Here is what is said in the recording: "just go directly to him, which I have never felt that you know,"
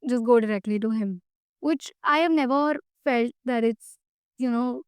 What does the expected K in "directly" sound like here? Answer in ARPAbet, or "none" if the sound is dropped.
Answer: K